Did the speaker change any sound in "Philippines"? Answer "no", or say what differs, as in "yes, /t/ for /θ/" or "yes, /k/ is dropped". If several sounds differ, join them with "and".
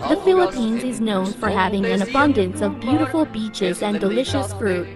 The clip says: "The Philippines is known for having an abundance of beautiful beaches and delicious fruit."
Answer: no